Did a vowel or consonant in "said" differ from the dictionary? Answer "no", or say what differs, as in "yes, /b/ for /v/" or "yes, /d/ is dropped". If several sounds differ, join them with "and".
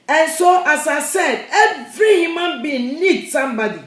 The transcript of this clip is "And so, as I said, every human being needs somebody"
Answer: no